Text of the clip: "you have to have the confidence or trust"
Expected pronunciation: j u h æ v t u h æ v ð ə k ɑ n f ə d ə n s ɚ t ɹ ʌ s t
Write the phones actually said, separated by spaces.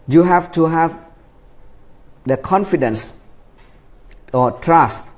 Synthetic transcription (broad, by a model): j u h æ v t u h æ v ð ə k ɑ n f ə d ə n s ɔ t ɹ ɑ s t